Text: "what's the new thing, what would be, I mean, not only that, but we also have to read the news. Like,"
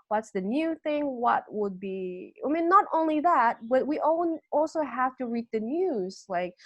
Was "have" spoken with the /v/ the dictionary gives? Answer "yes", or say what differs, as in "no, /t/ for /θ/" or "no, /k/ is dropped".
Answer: no, /f/ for /v/